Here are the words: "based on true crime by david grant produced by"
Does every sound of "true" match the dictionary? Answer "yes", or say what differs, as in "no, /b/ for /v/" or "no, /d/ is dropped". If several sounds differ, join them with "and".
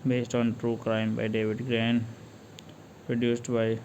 yes